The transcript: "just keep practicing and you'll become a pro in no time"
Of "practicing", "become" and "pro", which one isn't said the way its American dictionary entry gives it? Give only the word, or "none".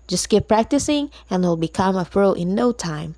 pro